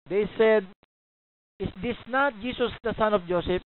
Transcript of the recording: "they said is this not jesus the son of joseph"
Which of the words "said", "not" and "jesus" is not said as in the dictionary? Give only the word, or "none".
jesus